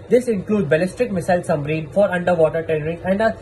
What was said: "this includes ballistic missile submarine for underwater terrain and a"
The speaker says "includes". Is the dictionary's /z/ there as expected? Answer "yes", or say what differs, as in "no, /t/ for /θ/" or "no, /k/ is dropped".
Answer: no, /z/ is dropped